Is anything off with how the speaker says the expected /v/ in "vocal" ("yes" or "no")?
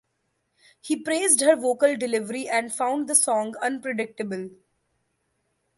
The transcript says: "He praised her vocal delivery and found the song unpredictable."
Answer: no